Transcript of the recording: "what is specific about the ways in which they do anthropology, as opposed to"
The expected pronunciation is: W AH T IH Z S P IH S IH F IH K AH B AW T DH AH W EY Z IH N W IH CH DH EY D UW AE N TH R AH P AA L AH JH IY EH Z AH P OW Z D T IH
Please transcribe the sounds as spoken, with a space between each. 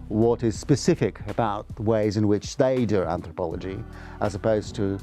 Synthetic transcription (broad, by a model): W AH T IH Z S P IH S IH F IH K AH B AW T DH AH W EY Z IH N W IH CH DH EY D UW AE N TH R AH P AA L AH JH IY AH Z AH P OW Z T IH